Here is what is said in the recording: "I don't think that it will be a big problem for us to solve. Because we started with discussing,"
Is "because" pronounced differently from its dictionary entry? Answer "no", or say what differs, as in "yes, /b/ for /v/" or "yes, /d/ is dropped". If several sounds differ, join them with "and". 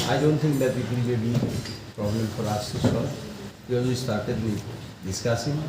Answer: yes, /k/ is dropped